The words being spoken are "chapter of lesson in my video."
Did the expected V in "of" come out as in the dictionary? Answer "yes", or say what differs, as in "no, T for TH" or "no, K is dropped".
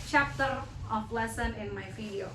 no, P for V